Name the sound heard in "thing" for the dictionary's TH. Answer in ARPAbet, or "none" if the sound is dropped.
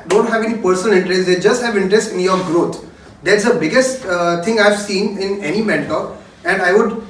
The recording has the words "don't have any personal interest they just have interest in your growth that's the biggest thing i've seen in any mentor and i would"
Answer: T